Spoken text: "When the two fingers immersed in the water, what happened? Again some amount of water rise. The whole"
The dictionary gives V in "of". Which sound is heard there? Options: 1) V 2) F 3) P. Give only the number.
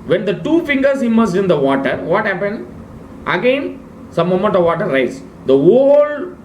1